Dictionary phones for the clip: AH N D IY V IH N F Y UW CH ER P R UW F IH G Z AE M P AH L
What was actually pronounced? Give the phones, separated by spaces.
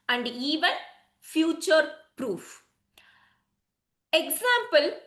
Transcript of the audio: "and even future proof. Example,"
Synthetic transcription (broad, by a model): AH N D IY V IH N F Y UW CH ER P R UW F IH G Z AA M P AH L